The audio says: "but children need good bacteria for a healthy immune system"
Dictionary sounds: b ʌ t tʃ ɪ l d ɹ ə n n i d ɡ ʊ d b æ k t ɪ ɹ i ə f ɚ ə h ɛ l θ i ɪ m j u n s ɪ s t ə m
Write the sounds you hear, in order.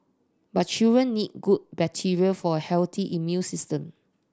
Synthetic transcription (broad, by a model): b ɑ t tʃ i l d ɹ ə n n i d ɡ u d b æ t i ɹ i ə f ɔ ə h ɛ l t i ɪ m j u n s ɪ s t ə m